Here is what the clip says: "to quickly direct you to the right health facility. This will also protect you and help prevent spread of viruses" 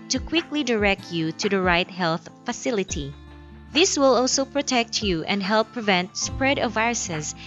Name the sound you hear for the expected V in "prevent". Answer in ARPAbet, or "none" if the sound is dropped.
V